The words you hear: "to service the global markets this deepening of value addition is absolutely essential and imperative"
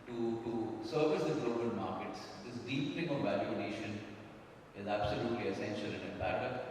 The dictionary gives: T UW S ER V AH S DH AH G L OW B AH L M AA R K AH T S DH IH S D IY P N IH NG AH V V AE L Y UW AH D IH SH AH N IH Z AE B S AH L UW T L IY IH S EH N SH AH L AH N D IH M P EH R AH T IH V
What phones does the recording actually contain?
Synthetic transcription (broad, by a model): T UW S ER V AH S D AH G L OW B AH L M AA R K AH T S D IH S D IY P L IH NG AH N V AE L Y UW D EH SH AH N IH Z AE B S AH L UW T L IY IH S EH N SH AH L AH N D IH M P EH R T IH